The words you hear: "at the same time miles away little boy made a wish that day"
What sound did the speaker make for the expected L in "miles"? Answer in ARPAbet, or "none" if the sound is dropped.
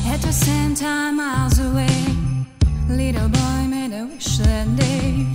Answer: W